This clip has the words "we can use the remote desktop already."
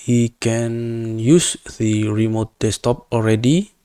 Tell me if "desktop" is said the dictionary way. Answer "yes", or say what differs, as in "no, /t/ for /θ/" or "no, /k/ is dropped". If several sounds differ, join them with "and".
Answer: no, /k/ is dropped